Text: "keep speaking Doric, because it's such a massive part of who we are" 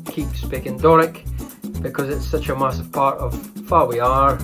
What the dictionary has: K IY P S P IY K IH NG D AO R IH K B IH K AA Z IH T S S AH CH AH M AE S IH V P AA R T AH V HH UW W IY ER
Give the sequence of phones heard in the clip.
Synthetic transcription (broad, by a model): K IY P S P IY K IH NG D AO R IH K B IH K AA Z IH T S S AH CH AH M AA S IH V P AA R T AH V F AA W IY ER